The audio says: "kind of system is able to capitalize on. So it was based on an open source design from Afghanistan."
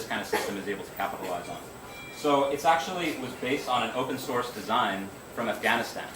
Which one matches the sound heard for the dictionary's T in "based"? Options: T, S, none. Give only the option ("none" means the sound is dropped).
T